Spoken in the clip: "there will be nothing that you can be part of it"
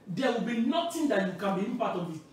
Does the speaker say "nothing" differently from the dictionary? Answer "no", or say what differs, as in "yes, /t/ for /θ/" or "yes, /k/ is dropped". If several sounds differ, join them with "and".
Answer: yes, /t/ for /θ/